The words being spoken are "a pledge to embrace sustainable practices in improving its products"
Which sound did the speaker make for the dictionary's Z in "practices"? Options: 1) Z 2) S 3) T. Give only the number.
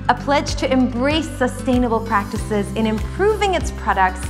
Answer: 1